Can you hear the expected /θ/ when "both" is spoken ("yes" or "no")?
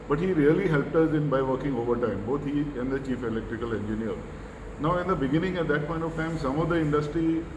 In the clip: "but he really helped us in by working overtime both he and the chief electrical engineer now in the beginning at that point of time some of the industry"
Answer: no